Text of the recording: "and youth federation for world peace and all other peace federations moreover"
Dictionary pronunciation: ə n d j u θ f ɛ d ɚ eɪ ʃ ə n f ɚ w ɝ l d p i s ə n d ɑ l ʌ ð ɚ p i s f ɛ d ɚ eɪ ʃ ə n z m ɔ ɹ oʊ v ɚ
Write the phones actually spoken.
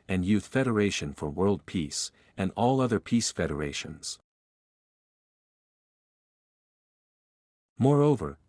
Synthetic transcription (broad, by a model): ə n j u θ f ɛ d ɚ eɪ ʃ ə n f ɚ w ɝ l d p i s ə n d ɑ l ʌ ð ɚ p i s f ɛ d ɚ eɪ ʃ ə n z m ɔ ɹ oʊ v ɚ